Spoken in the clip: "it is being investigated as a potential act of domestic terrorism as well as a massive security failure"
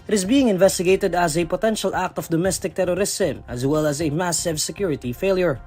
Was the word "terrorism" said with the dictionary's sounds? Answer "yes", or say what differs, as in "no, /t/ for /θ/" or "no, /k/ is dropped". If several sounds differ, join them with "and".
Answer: no, /s/ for /z/